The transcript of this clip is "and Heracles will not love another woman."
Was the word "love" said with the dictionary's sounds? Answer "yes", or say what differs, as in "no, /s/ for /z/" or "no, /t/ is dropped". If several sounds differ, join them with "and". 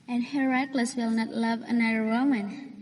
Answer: yes